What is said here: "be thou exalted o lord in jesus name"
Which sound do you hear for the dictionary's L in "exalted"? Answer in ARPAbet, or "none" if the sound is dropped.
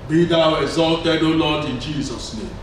L